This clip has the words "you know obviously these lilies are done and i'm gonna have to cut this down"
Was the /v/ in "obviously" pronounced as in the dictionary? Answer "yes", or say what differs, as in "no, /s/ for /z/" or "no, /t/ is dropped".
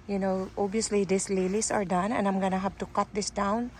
no, /v/ is dropped